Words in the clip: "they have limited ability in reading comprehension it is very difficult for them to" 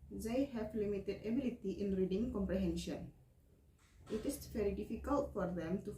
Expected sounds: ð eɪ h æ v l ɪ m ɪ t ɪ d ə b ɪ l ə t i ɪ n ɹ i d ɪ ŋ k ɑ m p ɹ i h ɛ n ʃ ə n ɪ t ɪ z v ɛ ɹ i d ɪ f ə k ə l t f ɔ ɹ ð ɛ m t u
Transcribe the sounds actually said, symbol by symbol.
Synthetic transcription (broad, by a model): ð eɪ h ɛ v l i m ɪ t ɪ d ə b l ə t i ɪ n ɹ i d ɪ ŋ k ɑ m p ɹ i h ɛ n ʃ ə n ɪ t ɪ s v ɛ ɹ i d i f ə k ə l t f ɔ ɹ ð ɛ m t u